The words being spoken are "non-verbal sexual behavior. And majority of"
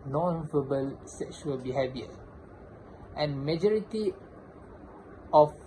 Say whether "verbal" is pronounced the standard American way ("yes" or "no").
no